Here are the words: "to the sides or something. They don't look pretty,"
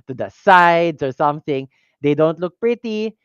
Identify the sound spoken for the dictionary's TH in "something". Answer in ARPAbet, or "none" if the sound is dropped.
TH